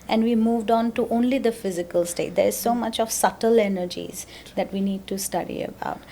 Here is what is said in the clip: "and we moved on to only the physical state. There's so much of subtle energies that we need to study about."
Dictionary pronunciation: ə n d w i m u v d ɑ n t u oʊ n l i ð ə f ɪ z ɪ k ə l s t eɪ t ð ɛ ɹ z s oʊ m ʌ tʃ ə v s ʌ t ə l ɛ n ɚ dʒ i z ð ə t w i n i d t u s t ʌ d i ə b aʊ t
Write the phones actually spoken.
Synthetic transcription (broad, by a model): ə n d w i m u v d ɑ n t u oʊ n l i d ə f ɪ z ɪ k ə l s t eɪ t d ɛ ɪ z s oʊ m ʌ tʃ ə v s ʌ t ə l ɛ n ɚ dʒ i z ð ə t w i n i d t u s t ʌ d i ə b aʊ t